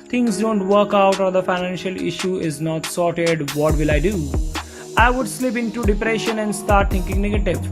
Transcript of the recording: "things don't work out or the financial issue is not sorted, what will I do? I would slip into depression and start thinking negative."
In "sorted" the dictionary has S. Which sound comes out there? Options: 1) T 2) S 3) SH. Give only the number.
2